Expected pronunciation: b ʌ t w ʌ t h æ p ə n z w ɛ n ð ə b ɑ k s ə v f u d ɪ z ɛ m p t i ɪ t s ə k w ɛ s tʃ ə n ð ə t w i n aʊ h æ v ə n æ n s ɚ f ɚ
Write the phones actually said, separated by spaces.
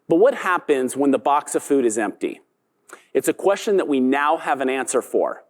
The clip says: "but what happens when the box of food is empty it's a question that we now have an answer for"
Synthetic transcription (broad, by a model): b ʌ t w ʌ t h æ p ə n z w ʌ n ð ə b ɑ k s ə v f u d ɪ z ɛ m p t i ɪ t s ə k w ɛ s tʃ ə n ð ə t w i n aʊ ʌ v ə n æ n s ɚ f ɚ